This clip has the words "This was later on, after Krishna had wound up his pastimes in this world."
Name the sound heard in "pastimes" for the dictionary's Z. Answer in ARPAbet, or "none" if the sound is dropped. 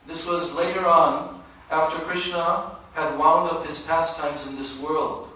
Z